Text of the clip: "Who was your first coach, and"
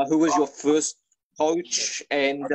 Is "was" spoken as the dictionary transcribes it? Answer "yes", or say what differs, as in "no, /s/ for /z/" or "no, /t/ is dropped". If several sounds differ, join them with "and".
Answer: yes